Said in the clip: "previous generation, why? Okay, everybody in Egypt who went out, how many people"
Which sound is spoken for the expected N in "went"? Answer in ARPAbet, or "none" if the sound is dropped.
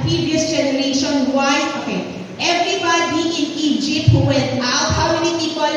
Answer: none